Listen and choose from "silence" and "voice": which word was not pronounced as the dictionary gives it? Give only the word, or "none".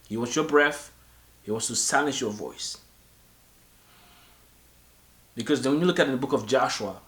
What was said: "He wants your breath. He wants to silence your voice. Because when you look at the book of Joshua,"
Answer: silence